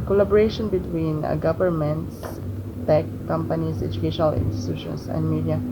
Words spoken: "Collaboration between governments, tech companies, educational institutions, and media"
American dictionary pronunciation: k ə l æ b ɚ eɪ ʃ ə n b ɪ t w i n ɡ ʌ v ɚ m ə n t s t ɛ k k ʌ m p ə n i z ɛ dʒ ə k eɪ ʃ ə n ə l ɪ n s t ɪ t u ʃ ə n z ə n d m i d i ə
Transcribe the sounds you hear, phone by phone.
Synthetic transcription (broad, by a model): k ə l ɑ b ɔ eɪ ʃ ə n b ɪ t w i n ɡ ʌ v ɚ m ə n t s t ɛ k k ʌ m p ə n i s ɛ dʒ ə k eɪ ʃ ə n ə l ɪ n s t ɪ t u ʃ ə n s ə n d m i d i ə